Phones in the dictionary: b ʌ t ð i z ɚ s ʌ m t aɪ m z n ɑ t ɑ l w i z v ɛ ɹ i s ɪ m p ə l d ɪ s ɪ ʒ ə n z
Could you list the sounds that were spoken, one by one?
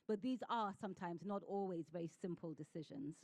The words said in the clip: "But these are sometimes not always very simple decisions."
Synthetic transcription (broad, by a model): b ʌ t ð i z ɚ s ʌ m t aɪ m z n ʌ t ɑ l w i z v ɛ ɹ i s ɪ m p ə l d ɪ s ɪ ʒ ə n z